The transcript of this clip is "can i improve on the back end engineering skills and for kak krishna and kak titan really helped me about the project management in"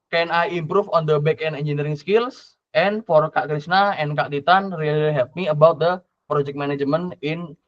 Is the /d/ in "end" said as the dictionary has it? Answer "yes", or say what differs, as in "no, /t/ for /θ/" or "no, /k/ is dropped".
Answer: no, /d/ is dropped